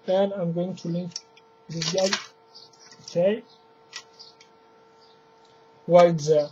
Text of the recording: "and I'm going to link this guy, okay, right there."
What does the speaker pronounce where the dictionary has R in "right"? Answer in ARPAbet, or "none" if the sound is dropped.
W